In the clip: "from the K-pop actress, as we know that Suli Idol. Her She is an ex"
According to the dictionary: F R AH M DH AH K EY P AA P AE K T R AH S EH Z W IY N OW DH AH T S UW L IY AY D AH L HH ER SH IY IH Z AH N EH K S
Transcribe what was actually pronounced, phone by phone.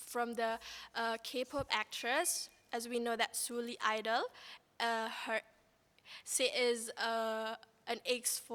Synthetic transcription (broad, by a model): F R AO M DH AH K EY P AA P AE K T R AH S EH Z W IY N OW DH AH T S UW L IY AY D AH L HH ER S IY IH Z AH N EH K S